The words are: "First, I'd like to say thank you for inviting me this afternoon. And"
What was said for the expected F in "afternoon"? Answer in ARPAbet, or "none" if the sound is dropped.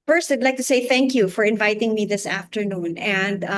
F